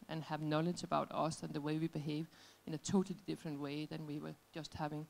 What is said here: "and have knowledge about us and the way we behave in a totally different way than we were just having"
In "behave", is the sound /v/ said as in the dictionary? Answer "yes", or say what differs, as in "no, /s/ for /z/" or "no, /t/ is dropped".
yes